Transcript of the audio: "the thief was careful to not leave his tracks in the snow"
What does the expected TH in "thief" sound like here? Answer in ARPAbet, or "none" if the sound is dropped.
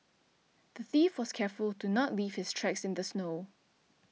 TH